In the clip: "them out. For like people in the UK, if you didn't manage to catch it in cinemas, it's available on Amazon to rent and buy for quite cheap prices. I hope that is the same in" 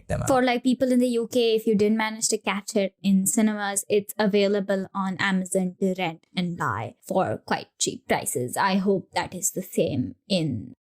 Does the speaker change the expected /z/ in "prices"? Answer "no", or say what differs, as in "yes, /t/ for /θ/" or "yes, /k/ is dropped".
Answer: no